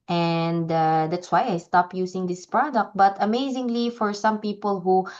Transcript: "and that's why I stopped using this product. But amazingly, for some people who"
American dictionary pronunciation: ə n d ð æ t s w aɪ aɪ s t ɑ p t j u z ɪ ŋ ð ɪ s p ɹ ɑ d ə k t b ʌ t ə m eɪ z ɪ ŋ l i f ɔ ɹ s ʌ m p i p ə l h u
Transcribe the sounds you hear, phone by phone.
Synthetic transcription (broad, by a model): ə n d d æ t s w aɪ aɪ s t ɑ p j u s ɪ ŋ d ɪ s p ɹ ɑ d ə k t b ʌ t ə m eɪ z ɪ ŋ l i f ɔ ɹ s ʌ m p i p ə l h u